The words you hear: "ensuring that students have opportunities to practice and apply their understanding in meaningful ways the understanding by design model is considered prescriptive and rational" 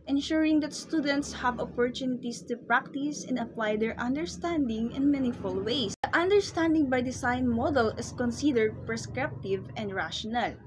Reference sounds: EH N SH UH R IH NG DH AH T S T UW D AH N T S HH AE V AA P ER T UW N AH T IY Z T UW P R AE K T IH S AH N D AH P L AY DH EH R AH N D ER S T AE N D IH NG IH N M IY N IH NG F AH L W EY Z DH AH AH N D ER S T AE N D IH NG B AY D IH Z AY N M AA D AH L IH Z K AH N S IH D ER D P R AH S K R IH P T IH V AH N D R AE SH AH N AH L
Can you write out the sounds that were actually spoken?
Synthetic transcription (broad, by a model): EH N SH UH R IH NG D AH T S T UW D AH N T S HH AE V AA P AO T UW N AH T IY S T UW P R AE K T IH S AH N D AH P L AY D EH R AH N D ER S T AE N D IH NG IH N M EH N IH F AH L W EY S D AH AH N D ER S T AE N D IH NG B AY D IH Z AY N M AA D AH L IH S K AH N S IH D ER D P R AH S K R IH P T IH V AH N D R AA SH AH N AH L